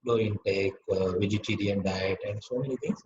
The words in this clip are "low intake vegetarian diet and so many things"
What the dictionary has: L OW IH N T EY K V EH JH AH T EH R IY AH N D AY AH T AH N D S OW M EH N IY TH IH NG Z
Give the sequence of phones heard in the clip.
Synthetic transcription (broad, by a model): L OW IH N T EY K V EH JH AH T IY R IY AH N D AY AH T AH N D S OW M EH N IY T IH NG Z